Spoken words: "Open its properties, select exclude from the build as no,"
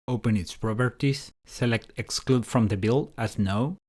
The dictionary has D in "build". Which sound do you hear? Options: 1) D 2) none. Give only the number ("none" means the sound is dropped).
2